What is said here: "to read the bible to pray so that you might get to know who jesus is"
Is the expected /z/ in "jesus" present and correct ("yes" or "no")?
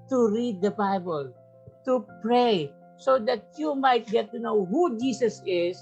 no